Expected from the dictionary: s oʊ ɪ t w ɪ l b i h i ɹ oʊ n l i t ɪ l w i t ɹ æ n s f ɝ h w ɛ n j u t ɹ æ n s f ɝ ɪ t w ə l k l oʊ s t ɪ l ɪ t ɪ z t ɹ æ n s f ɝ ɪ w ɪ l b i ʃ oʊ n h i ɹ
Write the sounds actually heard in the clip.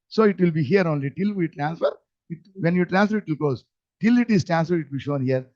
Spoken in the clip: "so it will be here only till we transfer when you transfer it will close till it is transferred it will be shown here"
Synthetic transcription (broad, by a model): s oʊ ɪ t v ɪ l b i h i ɹ oʊ n l i t ɪ l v i t ɹ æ n s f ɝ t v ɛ n j u t ɹ æ n s f ɝ ɪ t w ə l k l oʊ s t ɪ l ɪ t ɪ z t ɹ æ n s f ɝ ɪ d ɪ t b i ʃ oʊ n h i ɹ